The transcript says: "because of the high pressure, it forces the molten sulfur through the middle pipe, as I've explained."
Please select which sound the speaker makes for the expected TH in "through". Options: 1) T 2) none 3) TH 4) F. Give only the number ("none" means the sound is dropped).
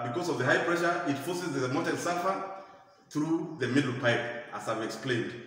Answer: 3